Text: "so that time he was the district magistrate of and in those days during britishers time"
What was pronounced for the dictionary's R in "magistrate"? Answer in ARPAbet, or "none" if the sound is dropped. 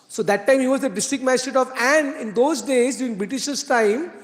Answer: none